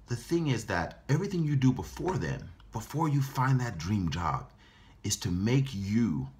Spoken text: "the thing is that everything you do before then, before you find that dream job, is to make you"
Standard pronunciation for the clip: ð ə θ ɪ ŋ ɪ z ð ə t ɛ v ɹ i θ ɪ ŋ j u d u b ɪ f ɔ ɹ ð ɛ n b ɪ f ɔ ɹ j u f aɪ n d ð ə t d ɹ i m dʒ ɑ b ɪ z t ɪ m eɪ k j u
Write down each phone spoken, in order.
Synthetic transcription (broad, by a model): ð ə θ ɪ ŋ ɪ z ð ə t ɛ v ɹ i θ ɪ ŋ j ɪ d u b ɪ f ɔ ɹ ð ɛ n b ɪ f ɔ ɹ j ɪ f aɪ n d ð ə t d ɹ i m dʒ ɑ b ɪ z t ɪ m eɪ k j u